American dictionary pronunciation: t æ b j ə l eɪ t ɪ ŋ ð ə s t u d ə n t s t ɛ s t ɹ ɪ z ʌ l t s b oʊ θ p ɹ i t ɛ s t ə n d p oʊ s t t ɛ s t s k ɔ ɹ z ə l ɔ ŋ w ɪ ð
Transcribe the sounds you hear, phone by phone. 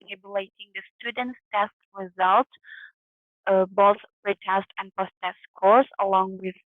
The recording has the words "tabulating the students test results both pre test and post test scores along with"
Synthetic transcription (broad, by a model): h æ b j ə l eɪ t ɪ ŋ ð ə s t u d ə n t s t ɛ s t ɹ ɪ z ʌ l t b oʊ θ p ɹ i t ɛ s t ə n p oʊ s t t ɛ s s k ɔ ɹ s ə l ɔ ŋ w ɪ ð